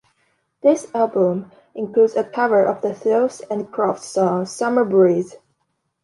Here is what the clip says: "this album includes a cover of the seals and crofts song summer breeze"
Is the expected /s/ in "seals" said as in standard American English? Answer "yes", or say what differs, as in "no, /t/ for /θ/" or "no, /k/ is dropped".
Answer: no, /θ/ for /s/